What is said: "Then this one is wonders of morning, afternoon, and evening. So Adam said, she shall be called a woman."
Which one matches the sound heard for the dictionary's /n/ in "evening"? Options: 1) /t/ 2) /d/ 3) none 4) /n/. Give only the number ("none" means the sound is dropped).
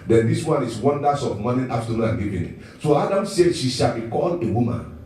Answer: 3